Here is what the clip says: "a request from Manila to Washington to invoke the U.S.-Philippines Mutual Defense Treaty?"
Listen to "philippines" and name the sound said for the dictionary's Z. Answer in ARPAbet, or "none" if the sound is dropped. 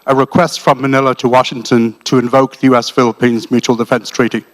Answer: Z